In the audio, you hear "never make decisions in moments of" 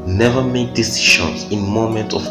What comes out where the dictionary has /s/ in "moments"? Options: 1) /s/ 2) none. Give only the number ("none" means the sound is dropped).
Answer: 2